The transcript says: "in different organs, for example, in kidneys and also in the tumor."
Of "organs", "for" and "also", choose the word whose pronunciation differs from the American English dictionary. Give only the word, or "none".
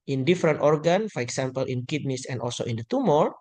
organs